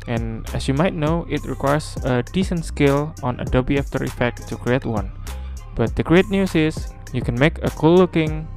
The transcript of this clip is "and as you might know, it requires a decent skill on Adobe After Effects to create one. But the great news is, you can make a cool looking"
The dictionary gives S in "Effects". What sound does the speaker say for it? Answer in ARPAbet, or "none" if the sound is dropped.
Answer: none